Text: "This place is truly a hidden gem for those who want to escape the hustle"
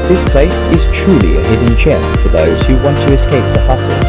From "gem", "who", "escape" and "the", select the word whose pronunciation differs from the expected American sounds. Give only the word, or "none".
gem